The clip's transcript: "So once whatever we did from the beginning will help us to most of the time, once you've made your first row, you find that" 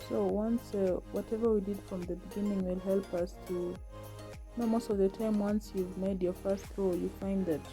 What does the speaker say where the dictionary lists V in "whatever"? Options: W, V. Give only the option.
V